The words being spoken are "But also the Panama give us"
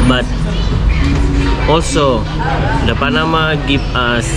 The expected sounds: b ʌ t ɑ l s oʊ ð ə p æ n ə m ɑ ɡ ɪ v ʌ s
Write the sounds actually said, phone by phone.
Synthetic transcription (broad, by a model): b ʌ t ɑ l s oʊ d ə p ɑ n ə m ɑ ɡ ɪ p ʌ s